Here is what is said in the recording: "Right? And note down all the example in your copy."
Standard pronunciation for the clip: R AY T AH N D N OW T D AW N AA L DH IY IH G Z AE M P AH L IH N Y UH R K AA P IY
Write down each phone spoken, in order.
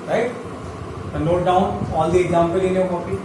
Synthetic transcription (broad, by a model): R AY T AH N N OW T D AW N AA L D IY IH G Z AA M P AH L IH N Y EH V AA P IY